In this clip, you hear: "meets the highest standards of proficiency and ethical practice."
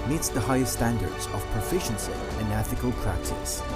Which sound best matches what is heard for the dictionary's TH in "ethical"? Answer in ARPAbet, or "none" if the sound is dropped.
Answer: TH